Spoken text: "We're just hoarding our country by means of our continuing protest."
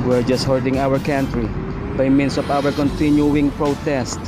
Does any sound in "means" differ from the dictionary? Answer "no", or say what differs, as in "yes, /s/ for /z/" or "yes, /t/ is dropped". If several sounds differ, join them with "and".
yes, /s/ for /z/